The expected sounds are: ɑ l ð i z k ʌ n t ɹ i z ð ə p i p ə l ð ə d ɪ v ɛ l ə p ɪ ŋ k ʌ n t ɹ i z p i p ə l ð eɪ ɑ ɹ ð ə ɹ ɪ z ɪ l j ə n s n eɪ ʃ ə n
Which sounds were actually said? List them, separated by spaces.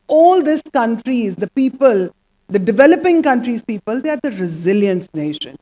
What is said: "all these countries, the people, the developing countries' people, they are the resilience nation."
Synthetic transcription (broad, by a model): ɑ l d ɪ s k ʌ n t ɹ i z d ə p i p ə l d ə d ɪ v ɛ l ə p ɪ ŋ k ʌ n t ɹ i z p i p ə l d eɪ ɑ ɹ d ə ɹ ɪ z ɪ l j ə n s n eɪ ʃ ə n